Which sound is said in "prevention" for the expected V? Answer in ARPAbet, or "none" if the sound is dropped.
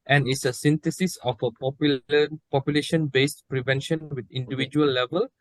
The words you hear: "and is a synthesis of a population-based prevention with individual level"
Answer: V